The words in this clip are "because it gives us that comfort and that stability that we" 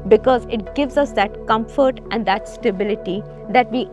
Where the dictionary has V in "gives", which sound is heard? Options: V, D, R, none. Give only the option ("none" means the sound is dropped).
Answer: V